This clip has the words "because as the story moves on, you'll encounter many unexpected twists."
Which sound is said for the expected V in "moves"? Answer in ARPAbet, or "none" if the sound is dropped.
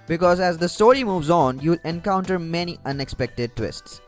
V